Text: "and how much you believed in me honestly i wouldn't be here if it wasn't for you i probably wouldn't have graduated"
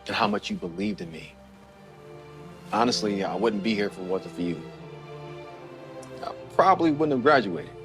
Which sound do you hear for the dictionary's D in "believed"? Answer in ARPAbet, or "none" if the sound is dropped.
D